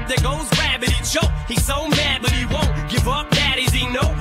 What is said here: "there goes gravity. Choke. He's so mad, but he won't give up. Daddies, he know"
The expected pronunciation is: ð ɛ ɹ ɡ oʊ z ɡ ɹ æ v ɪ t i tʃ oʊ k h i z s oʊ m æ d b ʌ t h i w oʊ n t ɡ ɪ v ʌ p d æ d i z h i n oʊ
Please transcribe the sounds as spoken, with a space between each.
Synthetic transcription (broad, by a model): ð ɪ ɡ oʊ z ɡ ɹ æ b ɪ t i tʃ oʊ h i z s oʊ m æ d b ʌ t h i w oʊ n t ɡ ɪ v ʌ p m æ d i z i n oʊ